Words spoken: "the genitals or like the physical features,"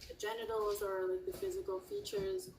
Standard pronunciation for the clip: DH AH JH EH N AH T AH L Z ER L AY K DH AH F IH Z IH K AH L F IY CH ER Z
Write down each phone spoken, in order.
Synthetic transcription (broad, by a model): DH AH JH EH N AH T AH L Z ER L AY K DH AH F IH Z IH K AH L F IY CH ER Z